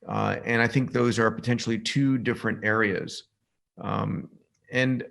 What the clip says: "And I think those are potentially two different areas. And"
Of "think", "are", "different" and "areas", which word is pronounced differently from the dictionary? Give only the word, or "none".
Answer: none